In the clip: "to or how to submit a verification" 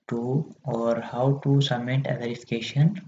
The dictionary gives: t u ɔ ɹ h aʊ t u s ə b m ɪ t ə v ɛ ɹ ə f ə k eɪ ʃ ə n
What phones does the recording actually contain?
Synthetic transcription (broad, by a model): t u ɔ ɹ h aʊ t u s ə m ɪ t ə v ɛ ɹ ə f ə k eɪ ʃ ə n